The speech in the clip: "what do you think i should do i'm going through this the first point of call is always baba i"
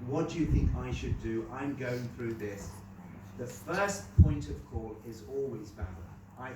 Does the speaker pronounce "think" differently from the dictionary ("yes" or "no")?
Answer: no